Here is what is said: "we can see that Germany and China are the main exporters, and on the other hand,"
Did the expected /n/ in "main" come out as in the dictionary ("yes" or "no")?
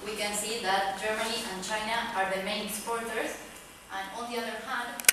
no